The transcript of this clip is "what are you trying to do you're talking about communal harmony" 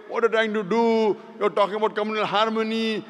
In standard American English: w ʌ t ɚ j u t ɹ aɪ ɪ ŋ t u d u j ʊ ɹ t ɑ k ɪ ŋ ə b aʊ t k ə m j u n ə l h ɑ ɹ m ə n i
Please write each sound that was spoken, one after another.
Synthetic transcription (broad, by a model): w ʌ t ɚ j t aɪ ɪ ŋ t u d u j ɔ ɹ t ɑ k ɪ ŋ ə b aʊ t k ə m j u n ə l h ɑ ɹ m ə n i